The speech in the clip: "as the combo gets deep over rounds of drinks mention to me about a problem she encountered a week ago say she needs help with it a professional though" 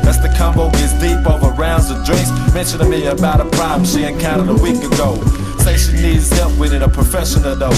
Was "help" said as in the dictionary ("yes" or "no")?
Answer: no